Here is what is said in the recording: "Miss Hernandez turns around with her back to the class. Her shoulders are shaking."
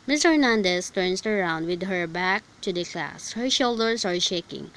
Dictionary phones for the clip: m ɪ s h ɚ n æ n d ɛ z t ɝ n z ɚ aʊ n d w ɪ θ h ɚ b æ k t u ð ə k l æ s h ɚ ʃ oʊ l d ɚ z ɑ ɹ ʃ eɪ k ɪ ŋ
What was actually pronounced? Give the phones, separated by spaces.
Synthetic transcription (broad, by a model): m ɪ s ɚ n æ n d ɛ s t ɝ n s ɚ aʊ n d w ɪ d h ɚ b æ k t u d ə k l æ s h ɚ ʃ oʊ l d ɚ s ɑ ɹ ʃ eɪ k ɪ ŋ